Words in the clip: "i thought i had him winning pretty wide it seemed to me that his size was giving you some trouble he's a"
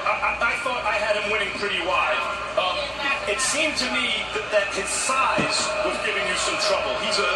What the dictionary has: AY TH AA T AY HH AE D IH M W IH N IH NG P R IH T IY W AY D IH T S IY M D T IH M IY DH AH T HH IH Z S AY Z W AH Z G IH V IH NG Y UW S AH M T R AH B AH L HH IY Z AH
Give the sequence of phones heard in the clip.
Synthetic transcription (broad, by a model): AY TH AA T AY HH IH D IH M W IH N IH NG P R IH T IY W AY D IH T S IY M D T IH M IY DH AH T HH IH Z S AY Z W AH Z G IH V IH NG Y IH S AH M T R AH B AH L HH IY Z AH